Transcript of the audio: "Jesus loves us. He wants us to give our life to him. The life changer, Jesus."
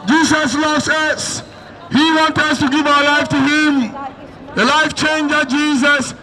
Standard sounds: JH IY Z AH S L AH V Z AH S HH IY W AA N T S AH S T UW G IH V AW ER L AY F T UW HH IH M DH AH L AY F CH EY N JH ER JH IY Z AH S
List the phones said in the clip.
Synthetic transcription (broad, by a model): JH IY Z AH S L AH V S AH S HH IY W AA N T AH S T UW G IH V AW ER L AY F T UW HH IH M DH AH L AY F CH EY N JH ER JH IY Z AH S